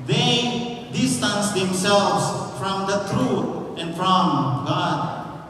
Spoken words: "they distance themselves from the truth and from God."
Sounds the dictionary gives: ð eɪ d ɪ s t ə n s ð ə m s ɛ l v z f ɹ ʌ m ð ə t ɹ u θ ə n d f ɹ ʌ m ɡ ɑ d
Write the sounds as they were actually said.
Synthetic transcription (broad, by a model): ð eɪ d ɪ s t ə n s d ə m s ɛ l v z f ɹ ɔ m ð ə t ɹ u t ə n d f ɹ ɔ m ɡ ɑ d